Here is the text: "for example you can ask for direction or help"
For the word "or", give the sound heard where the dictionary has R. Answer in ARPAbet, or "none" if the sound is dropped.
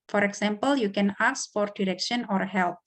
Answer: R